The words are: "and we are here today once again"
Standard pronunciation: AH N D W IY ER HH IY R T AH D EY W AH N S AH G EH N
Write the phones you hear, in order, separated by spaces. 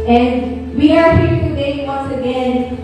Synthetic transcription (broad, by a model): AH N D W IY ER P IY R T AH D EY W AH N S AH G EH N